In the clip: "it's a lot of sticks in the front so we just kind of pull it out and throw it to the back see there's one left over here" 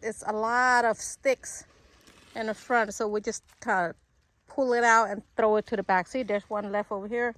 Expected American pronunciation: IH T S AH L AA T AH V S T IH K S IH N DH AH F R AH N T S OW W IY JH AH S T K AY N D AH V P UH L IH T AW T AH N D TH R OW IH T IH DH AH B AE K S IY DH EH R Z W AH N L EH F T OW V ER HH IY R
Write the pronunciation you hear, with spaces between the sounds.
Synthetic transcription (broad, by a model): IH T S AH L AA T AH V S T IH K S IH N DH AH F R AH N T S OW W IY JH AH S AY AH P UH L IH T AW T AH N TH R OW IH T IH DH AH B AE K S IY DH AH R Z W AH N L EH F T OW V ER HH IY R